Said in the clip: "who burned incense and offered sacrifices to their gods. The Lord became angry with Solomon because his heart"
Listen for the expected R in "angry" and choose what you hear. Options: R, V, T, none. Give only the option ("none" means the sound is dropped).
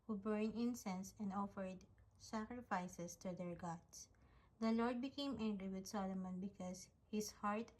R